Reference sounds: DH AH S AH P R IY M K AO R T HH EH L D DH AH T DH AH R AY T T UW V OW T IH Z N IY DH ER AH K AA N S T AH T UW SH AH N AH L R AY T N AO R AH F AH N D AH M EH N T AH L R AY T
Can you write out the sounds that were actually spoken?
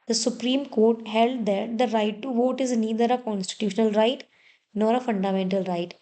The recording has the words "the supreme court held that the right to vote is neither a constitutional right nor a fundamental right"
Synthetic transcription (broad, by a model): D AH S AH P R IY M K AO R T HH EH L D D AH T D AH R AY T T UW V OW T IH Z N IY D ER AH K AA N S T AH T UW SH AH N AH L R AY T N AO R AH F AH N D AH M EH N T AH L R AY T